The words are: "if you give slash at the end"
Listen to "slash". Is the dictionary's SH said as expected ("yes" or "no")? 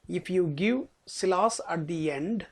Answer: no